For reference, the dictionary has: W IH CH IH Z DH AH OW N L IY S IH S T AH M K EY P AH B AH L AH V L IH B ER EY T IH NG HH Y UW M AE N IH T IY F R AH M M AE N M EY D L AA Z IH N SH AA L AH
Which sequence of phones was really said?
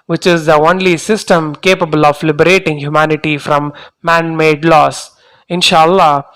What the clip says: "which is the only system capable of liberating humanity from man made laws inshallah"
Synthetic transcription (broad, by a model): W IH CH IH Z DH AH OW N L IY S IH S T AH M K EY P AH B AH L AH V L IH B ER EY T IH NG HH Y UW M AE N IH T IY F R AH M M AE N M EY D L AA S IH N SH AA L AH